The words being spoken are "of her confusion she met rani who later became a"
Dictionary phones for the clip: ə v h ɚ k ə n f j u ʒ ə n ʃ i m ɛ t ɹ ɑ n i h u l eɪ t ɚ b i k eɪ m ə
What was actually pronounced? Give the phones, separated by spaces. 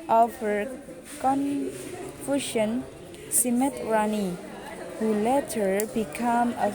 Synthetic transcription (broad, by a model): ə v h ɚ k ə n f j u ʃ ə n s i m ɛ t ɹ ɑ n i h u l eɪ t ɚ b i k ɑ m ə